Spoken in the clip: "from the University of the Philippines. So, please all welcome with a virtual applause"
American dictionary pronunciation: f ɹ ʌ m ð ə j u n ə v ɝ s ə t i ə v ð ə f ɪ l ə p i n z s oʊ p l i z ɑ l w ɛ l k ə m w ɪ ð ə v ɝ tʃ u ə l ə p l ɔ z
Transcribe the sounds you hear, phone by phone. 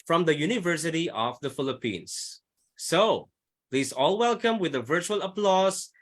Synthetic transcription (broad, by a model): f ɹ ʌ m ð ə j u n ə v ɝ s ə t i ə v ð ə f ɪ l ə p i n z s oʊ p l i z ɑ l w ɛ l k ə m w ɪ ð ə v ɝ tʃ u ə l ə p l ɔ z